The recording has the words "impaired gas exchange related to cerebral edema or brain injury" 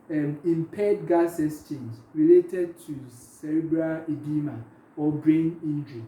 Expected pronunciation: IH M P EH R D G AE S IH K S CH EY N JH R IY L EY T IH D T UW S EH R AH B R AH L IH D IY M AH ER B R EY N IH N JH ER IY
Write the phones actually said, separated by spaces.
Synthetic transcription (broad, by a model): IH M P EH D G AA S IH S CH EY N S R IY L EY T IH D T UW S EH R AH B R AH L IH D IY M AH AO B R EY N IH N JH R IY